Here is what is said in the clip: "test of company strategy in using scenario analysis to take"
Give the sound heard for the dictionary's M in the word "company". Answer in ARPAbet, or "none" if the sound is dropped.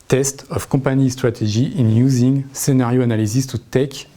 none